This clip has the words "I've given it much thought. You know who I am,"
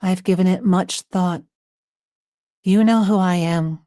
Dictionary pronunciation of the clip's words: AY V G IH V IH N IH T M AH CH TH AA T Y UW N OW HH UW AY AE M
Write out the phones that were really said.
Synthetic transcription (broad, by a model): AY V G IH V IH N IH T M AH CH TH AA T Y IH N OW HH UW AY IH M